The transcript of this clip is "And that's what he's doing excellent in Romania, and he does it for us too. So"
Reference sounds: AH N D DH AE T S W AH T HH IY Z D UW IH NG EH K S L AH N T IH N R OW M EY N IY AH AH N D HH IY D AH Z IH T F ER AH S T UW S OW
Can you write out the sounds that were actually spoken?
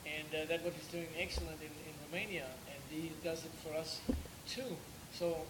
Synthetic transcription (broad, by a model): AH N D DH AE T W AH T HH IY Z D UW IH NG EH K S L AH N T IH N R OW M EY N IY AH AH N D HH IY D AH Z IH T F ER AH S T UW S OW